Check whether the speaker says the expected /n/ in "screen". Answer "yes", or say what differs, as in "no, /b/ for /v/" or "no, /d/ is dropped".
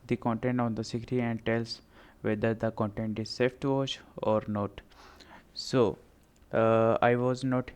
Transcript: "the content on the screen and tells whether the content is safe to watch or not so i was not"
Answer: no, /n/ is dropped